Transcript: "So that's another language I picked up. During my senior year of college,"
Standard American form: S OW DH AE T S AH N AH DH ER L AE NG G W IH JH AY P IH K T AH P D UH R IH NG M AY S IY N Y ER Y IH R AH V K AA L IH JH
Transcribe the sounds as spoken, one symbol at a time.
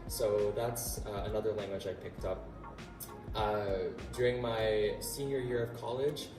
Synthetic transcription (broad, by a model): S OW DH AE T S AH N AH DH ER L AE NG G W IH JH AY P IH K T AH P D UH R IH NG M AY S IY N Y ER Y IH R AH V K AA L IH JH